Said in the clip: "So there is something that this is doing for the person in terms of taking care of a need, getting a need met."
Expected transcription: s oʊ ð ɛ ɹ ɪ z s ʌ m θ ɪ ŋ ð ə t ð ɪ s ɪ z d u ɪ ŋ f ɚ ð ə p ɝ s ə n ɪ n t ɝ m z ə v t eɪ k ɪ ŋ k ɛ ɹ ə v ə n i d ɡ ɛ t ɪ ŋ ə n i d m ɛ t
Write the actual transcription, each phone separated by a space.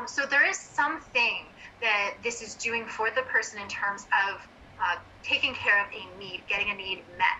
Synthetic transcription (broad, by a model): s oʊ ð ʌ ɹ ɪ z s ʌ m θ ɪ ŋ ð ə t ð ɪ s ɪ z d u ɪ ŋ f ɚ ð ə p ɝ s ə n ɪ n t ɝ m z ə v t eɪ k ɪ ŋ k ɛ ɹ ə v ə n i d ɡ ɛ t ɪ ŋ ə n i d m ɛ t